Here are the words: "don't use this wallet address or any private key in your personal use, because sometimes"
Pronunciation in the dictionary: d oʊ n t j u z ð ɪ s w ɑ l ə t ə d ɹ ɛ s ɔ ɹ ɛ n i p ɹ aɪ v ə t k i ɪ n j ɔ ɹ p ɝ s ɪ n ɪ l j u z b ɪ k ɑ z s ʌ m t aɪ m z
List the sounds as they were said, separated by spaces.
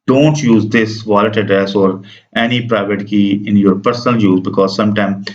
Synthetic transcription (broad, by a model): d oʊ n t j u z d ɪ s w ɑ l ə t ə d ɹ ɛ s ɔ ɹ ɛ n i p ɹ aɪ v ə t k i ɪ n j ɔ ɹ p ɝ s n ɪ l j u z b ɪ k ɑ z s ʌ m t aɪ m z